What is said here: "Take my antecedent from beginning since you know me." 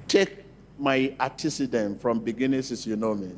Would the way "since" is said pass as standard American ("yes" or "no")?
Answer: no